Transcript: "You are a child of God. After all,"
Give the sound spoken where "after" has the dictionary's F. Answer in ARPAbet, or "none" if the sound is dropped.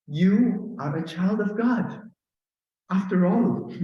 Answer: F